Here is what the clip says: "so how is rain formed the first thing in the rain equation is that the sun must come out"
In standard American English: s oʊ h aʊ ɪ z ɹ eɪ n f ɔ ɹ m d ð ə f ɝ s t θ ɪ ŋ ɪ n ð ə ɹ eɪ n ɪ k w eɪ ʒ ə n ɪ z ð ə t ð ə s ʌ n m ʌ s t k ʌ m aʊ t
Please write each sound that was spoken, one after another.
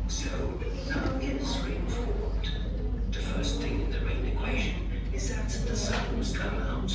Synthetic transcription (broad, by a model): s oʊ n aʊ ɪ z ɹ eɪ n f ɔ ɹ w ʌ ð ə f ɝ s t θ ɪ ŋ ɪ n ð ə ɹ eɪ n ɪ k w eɪ ʒ ə n ɪ z ð ə t ð ə s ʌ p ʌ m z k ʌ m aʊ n